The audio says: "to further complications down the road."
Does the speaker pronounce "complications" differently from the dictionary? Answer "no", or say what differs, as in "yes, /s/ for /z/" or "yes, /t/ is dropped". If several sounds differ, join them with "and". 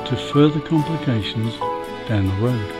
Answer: no